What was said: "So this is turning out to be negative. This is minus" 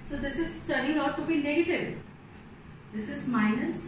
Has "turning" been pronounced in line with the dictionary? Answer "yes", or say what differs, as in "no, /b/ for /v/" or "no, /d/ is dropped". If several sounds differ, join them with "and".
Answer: no, /n/ is dropped